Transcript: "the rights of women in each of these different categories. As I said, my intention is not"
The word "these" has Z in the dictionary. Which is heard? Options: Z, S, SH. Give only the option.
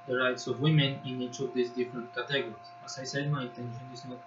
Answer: S